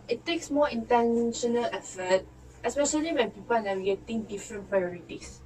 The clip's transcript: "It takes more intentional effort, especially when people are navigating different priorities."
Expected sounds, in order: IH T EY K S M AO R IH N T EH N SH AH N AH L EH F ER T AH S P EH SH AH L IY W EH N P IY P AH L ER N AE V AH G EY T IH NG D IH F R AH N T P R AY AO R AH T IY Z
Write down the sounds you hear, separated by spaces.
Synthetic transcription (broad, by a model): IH T EY K S M AO IH N T EH N SH AH N AH L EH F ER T AH S P EH SH AH L IY W EH N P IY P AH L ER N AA W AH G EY T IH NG D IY F R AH N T P R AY AO R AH T IY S